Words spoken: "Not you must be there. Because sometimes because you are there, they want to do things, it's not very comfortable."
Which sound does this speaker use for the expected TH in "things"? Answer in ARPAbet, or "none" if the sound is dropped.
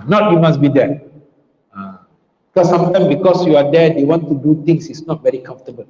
T